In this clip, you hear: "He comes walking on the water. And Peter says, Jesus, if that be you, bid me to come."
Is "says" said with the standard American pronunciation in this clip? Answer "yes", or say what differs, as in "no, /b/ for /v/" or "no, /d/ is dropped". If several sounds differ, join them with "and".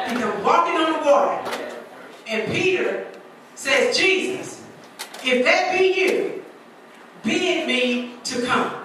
yes